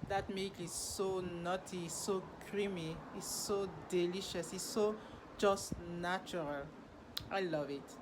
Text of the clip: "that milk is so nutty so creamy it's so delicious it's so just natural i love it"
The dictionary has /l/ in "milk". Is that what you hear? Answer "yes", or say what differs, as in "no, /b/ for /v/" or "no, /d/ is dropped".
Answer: no, /l/ is dropped